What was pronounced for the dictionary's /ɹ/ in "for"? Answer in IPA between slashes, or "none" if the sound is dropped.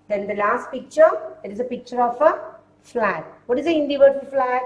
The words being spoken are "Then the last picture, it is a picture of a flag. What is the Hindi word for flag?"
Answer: /l/